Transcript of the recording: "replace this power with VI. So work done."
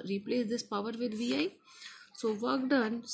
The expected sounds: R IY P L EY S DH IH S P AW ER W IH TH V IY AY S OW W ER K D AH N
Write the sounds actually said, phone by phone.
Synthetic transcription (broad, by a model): R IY P L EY S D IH S P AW ER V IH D V IY AY S OW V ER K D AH N